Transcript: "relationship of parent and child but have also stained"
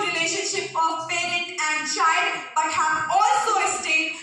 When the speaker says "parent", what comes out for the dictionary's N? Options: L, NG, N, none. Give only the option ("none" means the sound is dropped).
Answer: none